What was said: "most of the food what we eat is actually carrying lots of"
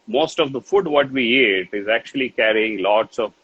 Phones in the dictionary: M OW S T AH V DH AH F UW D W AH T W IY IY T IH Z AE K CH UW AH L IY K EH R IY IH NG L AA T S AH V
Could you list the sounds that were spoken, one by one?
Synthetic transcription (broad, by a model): M OW S T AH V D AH F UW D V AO T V IY IY T IH Z AE K CH UW AH L IY K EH R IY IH NG L AA T S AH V